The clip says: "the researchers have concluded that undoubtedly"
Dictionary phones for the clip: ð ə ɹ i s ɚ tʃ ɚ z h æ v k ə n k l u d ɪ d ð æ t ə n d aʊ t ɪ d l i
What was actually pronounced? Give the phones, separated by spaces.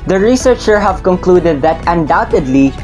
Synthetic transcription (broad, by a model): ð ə ɹ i s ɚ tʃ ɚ h æ v k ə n k l u d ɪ d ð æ t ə n d aʊ t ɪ d l i